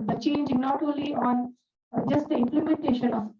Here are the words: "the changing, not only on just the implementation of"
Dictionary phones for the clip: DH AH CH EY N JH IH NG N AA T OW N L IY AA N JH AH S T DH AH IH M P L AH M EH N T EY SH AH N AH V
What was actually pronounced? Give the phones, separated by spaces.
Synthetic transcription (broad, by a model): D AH CH EY N JH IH N AA T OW L IY AA N JH AH S T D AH IH M P L AH M EH N T EY SH AH N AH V